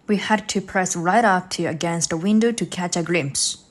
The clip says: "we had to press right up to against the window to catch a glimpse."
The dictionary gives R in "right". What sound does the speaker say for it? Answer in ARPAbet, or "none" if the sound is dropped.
R